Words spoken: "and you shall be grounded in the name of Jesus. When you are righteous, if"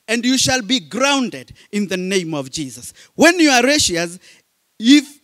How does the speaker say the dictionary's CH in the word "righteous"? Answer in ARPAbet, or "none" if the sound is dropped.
SH